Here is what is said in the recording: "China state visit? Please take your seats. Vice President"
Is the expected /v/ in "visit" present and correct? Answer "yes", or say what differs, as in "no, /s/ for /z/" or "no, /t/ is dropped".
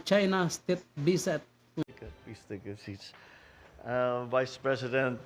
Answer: no, /b/ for /v/